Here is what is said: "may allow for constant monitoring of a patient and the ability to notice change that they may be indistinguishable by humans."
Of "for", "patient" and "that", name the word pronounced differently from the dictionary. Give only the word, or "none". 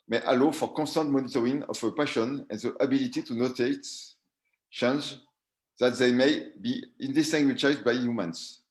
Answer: patient